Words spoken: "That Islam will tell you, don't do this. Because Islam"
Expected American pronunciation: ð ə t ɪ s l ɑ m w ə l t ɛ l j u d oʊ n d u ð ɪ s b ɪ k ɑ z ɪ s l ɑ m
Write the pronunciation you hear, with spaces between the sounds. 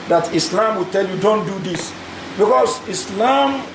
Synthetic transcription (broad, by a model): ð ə t ɪ s l ɑ m w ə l t ɛ l j u d oʊ n d u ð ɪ s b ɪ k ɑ s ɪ s l ɑ m